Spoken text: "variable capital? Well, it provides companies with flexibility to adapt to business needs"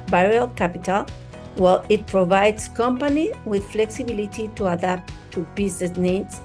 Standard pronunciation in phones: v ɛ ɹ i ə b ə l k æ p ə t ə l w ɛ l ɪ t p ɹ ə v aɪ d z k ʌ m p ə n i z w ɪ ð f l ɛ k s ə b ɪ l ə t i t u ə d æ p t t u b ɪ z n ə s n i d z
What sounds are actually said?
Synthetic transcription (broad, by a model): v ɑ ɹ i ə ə l k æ p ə t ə l w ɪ l ɪ t p ɹ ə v aɪ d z k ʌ m p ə n i w ɪ ð f l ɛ k s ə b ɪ l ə t i t u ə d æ p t t u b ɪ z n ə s n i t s